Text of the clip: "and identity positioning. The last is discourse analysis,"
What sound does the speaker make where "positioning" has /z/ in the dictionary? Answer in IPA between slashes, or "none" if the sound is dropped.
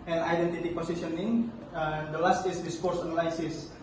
/s/